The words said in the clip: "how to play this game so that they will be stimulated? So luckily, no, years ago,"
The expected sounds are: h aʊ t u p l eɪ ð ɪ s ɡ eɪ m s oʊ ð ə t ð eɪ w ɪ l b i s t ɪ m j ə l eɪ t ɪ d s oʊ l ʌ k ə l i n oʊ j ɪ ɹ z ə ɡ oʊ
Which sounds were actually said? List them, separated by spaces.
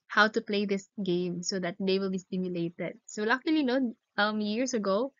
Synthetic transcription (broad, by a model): h aʊ t u p l eɪ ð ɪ s ɡ eɪ m s oʊ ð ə t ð eɪ w ɪ l b i s t ɪ m j ə l eɪ t ɪ d s oʊ l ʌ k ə l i n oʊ j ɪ ɹ s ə ɡ oʊ